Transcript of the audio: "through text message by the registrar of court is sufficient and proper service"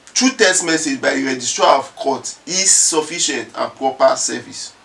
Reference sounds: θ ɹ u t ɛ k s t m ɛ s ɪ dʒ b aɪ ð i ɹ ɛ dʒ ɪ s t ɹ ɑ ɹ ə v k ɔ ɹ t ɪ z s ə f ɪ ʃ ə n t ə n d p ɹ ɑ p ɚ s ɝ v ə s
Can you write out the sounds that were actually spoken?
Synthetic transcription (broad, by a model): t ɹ u t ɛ s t m ɛ s ɪ dʒ b aɪ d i ɹ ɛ dʒ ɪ s t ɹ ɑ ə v k ɔ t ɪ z s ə f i ʃ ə n t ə n p ɹ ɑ p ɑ s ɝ v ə s